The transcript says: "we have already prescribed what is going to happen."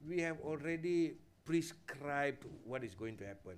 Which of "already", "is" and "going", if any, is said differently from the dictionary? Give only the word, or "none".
is